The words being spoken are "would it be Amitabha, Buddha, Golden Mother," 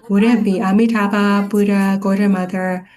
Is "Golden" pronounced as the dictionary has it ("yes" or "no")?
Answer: no